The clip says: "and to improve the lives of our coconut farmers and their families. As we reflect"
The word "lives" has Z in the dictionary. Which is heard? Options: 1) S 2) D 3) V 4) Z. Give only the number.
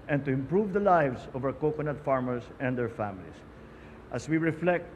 1